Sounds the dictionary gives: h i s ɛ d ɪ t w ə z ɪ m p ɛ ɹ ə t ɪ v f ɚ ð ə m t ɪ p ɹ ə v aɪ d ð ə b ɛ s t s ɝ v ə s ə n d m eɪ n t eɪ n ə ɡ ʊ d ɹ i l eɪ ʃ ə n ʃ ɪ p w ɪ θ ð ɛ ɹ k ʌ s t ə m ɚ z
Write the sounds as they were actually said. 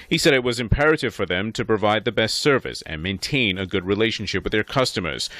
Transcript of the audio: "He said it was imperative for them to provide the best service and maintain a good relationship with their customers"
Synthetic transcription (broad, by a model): h i s ɛ d ɪ t w ə z ɪ m p ɛ ɹ ə t ɪ v f ɚ ð ə m t ɪ p ɹ ə v aɪ d ð ə b ɛ s t s ɝ v ə s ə n m eɪ n t eɪ n ə ɡ ʊ d ɹ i l eɪ ʃ n ʃ ɪ p w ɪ ð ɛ ɹ k ʌ s t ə m ɚ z